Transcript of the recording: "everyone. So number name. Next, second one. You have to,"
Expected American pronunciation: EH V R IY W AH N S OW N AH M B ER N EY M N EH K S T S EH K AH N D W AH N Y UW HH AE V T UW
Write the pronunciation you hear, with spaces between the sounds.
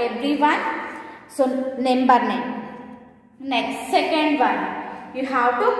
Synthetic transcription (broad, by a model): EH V R IY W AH N S OW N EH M B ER N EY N N EH K S T S EH K AH N D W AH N Y UW HH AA W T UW